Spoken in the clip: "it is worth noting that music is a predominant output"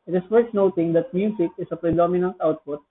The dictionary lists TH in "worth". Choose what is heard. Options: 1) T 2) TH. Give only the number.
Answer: 1